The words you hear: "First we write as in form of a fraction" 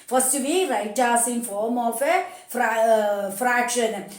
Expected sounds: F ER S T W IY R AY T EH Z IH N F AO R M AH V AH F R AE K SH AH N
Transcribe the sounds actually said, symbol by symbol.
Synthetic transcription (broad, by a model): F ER S T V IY R AY T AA S IH N F AO R M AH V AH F R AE K SH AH N